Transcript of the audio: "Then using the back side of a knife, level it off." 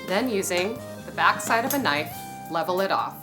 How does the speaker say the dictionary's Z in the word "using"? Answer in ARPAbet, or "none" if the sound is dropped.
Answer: Z